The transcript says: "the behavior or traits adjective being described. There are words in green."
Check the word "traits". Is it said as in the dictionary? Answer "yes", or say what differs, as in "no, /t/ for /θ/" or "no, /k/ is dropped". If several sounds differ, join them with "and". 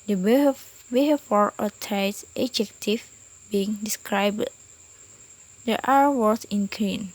no, /ɹ/ is dropped